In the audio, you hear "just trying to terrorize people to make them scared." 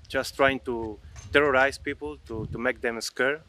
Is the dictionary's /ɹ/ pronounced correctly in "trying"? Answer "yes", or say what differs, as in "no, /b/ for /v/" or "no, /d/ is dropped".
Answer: yes